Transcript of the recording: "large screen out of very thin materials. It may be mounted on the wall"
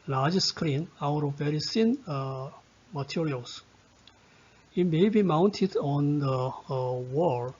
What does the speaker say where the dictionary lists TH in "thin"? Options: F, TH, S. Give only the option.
S